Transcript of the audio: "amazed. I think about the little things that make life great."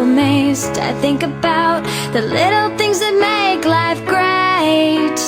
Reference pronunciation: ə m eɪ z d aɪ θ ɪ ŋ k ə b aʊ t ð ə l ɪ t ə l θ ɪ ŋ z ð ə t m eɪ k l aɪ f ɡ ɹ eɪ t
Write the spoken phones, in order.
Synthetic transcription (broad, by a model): m eɪ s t aɪ θ ɪ ŋ k ə b aʊ t ð ə l ɪ t l θ ɪ ŋ z ð ə t m eɪ k l aɪ f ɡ ɹ eɪ t